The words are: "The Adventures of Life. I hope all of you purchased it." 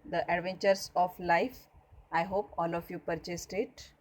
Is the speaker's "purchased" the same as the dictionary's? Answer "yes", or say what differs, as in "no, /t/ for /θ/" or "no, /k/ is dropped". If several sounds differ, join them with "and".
yes